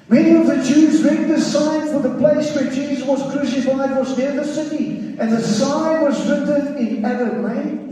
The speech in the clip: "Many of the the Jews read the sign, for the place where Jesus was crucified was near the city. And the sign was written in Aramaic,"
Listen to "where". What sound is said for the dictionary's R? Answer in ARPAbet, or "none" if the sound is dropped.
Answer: R